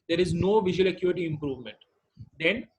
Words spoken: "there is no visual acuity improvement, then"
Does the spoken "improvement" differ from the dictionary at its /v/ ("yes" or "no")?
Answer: no